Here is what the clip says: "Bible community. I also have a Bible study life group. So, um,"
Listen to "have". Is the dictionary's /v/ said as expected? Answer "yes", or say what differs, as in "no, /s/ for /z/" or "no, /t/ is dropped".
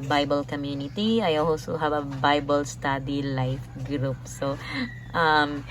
no, /b/ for /v/